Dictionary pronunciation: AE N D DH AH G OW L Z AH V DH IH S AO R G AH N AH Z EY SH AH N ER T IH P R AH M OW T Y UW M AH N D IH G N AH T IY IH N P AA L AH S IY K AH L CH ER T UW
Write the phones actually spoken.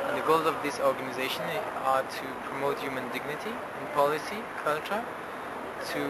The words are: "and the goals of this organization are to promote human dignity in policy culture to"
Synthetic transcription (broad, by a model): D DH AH G OW L Z AH V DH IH S AO R G AH N AH Z EY SH AH N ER T IH P R AH M OW T Y UW M AH N D IH G N AH T IY IH N P AA L AH S IY K AH L CH ER T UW